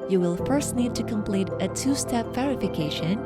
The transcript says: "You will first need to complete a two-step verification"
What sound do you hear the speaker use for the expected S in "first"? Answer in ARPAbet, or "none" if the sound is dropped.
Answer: S